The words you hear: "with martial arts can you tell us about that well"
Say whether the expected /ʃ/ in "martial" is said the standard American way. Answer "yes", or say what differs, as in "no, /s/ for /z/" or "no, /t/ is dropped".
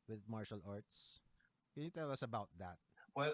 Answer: yes